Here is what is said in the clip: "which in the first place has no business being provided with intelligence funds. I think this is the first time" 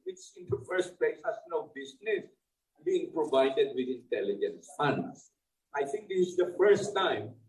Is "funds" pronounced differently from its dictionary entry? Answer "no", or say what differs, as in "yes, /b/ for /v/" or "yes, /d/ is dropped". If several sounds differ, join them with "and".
yes, /s/ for /z/